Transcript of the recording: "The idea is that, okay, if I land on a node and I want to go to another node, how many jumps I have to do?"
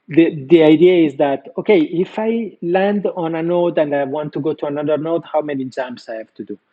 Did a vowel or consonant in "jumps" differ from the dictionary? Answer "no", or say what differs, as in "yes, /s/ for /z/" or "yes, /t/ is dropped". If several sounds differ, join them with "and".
yes, /p/ is dropped